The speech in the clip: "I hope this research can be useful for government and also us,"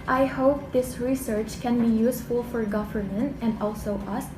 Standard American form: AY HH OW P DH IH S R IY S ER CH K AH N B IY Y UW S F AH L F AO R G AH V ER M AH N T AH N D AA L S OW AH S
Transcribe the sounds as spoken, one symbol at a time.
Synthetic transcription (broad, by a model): AY HH OW P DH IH S R IY S ER CH K AH N B IY Y UW S F AH L F AO R G AH V ER M AH N T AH N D AA L S OW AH S